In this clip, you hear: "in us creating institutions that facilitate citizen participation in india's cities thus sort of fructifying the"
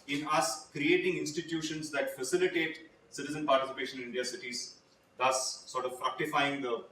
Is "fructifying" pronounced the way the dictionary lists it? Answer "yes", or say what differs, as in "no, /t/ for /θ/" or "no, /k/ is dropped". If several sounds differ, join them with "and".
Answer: yes